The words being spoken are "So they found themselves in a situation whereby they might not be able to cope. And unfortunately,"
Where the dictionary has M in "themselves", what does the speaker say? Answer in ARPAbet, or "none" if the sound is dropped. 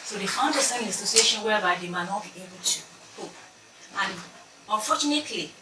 none